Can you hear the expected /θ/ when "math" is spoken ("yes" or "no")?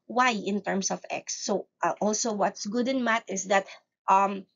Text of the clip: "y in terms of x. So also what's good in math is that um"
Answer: no